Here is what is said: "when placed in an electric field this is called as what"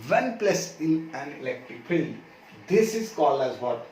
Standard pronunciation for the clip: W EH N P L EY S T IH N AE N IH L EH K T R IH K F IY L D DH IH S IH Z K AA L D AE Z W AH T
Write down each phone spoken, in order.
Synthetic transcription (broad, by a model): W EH N P L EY S IH N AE N IH L EH K T R IH K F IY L D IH S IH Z K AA L AE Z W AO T